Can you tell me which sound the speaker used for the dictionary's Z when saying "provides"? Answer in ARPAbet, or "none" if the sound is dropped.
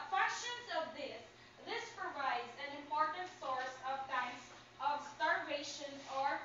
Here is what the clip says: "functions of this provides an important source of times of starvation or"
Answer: Z